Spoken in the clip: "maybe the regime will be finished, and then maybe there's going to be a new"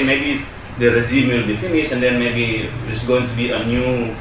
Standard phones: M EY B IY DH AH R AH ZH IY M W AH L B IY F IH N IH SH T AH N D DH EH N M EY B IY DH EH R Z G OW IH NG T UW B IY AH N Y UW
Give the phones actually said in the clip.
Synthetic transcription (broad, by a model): M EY B IY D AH R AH Z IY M W AH L B IY F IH N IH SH AH N D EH N M EY B IY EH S G OW IH NG T UW B IY AH N Y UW